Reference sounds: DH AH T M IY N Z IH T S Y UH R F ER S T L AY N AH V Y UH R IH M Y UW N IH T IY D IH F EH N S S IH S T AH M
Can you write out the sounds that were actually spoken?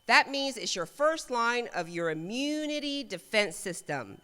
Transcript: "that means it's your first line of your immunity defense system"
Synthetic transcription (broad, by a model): DH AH T M IY N Z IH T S Y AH R F ER S T L AY N AH V Y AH R IH M Y UW N IH T IY D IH F EH N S S IH S T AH M